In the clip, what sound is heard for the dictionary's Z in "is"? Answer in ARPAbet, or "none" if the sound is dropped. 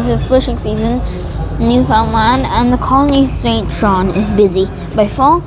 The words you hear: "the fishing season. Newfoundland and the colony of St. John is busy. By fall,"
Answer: Z